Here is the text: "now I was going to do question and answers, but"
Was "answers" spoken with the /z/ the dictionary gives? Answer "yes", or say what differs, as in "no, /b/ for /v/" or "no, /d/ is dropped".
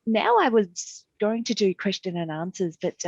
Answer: yes